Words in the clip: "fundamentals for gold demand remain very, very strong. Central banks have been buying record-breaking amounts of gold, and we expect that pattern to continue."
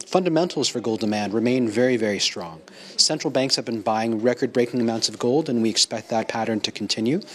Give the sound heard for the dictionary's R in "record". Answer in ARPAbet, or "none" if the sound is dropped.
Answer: R